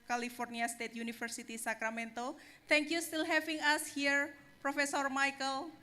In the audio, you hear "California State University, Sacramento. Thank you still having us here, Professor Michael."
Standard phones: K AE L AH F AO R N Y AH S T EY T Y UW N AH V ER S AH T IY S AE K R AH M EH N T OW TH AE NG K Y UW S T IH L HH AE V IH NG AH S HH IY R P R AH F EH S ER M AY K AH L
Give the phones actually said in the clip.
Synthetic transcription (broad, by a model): K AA L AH F AO R N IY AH S T EY T Y UW N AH F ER S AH T IY S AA K R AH M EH N T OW T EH NG K Y UW S T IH L HH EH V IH NG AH S HH IY R P R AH F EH S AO M AY K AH L